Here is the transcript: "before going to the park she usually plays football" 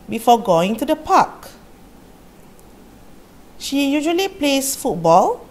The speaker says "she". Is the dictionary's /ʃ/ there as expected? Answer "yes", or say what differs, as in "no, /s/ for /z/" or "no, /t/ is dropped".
yes